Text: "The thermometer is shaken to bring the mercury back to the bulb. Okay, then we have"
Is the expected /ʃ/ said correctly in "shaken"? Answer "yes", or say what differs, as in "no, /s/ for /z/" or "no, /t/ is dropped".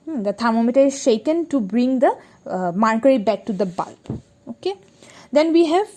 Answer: yes